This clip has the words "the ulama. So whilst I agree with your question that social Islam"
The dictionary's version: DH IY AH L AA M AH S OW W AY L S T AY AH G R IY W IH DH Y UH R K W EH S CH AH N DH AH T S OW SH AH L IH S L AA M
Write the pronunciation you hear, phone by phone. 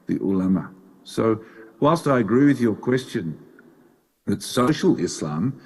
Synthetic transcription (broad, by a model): DH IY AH L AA M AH S OW W AY L S T AY AH G R IY W IH DH Y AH R K W EH S CH AH N DH AH T S OW SH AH L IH S L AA M